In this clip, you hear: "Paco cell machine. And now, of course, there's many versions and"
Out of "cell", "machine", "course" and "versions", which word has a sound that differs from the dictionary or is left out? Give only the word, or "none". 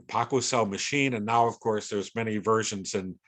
none